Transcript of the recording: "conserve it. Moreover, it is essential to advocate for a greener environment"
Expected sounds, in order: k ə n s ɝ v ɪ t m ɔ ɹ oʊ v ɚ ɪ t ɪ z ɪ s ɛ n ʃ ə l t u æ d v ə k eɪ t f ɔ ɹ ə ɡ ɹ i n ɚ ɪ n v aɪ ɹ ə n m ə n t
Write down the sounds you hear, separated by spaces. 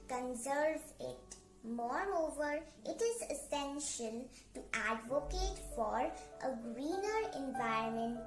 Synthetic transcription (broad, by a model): k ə n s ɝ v ɪ t m ɔ ɹ oʊ v ɚ ɪ t ɪ z ɪ s ɛ n ʃ ə l t u æ d v ə k eɪ t f ɔ ɹ ə ɡ ɹ i n ɚ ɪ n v aɪ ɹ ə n m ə n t